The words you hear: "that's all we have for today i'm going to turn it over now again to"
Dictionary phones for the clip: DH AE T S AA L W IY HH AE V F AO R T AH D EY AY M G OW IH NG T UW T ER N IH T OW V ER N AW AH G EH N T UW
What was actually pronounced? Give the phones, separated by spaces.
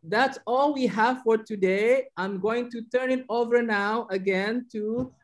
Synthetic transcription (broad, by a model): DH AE T S AA L W IY HH AE V F AO R T AH D EY AY M G OW IH NG T UW T ER N IH T OW V ER N AW AH G EH N T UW